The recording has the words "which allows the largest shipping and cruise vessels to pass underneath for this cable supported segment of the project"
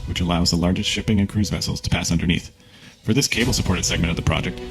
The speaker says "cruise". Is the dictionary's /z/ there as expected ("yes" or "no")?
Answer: yes